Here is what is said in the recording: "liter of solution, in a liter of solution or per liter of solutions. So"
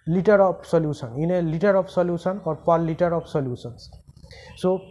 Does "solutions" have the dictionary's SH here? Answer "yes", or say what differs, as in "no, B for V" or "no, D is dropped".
no, S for SH